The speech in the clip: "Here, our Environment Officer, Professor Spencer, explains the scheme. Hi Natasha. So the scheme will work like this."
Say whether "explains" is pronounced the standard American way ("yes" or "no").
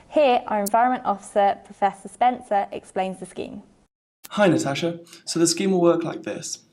yes